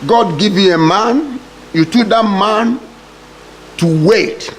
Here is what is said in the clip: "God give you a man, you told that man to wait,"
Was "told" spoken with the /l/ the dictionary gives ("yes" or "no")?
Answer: no